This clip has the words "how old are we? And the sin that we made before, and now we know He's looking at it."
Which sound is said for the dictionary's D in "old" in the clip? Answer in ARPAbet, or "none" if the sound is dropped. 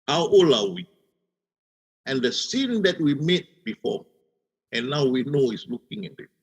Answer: none